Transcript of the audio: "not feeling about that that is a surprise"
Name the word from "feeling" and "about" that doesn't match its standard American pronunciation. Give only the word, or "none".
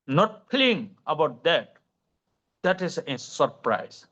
feeling